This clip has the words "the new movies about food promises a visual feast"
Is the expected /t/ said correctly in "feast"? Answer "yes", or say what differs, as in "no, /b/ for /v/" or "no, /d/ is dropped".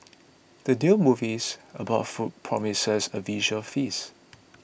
no, /t/ is dropped